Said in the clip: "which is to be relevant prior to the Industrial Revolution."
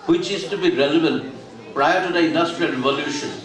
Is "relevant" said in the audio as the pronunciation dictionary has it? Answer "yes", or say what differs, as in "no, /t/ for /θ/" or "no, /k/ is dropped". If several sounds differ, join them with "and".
no, /b/ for /v/